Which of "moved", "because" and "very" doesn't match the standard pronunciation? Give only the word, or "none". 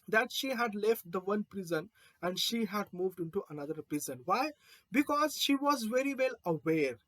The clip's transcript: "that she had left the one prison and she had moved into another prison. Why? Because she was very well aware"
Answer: none